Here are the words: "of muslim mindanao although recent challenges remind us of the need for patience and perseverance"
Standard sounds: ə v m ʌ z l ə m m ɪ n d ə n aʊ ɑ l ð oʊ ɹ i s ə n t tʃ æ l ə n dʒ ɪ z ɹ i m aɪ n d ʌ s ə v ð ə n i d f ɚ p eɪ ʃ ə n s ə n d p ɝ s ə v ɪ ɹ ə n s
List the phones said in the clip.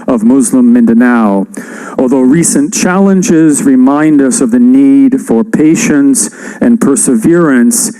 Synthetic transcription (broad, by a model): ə v m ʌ z l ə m m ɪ n d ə n aʊ ɑ l ð oʊ ɹ i s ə n tʃ æ l ə n dʒ ɪ z ɹ i m aɪ n d ʌ s ə v ð ə n i d f ɚ p eɪ ʃ ə n s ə n p ɝ s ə v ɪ ɹ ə n s